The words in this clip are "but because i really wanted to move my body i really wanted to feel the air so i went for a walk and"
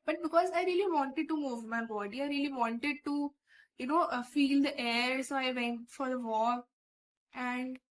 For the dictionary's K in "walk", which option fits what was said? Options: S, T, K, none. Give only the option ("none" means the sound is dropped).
none